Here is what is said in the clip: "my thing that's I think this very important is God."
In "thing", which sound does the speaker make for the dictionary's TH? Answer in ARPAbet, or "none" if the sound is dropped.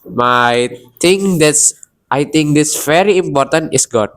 T